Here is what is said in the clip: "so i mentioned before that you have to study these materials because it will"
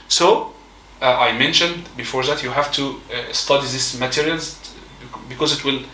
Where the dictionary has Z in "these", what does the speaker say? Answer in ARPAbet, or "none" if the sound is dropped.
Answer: S